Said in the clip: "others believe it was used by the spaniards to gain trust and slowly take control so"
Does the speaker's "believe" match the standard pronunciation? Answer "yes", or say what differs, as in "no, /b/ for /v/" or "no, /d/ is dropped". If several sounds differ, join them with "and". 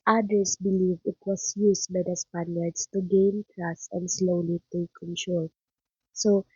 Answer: yes